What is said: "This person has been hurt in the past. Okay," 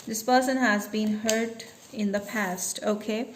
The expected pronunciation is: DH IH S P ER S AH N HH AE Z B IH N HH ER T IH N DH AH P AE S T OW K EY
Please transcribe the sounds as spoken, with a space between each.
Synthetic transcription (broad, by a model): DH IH S P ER S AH N HH AE Z B IH N HH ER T IH N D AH P AE S T OW K EY